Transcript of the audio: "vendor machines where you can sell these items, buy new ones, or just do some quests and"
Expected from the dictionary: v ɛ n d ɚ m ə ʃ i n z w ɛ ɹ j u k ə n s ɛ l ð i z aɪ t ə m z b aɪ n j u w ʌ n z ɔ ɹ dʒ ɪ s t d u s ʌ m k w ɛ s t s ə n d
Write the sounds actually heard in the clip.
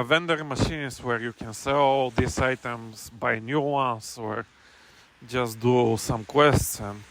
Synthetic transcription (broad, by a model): v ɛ n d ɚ m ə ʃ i n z w ɛ ɹ j u k ə n s ɛ l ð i s aɪ t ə m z b aɪ n j u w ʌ n s ɔ ɹ dʒ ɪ s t d u s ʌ m k w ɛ s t ə n